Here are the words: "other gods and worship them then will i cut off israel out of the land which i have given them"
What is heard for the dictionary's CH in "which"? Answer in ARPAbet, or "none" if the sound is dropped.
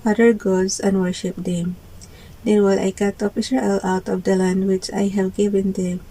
CH